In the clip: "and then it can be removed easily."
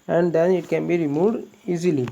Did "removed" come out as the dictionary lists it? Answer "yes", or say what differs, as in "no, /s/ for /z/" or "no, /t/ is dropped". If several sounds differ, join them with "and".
no, /v/ is dropped